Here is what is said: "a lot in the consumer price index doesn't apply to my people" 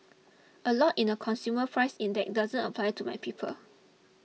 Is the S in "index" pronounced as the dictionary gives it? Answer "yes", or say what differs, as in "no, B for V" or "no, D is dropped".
no, S is dropped